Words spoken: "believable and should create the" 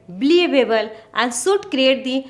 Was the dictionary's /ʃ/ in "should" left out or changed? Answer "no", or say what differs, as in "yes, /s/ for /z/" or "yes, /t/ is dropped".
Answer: yes, /s/ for /ʃ/